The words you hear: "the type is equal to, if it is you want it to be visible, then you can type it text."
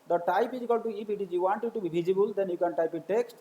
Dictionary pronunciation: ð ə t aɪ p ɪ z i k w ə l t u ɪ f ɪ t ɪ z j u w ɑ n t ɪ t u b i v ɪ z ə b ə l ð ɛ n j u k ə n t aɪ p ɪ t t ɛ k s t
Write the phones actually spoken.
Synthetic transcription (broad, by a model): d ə t aɪ p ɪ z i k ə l t u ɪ p ɪ t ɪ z j u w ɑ n t ɪ t u b i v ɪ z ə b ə l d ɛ n j u k ə n t aɪ p ɪ t t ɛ k s t